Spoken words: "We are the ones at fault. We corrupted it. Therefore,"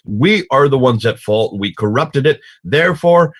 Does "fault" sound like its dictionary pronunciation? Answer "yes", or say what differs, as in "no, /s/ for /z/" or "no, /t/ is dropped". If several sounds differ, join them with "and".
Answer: yes